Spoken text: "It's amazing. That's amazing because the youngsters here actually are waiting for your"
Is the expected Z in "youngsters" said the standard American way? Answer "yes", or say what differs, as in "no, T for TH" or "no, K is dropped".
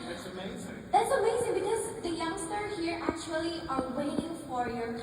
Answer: no, Z is dropped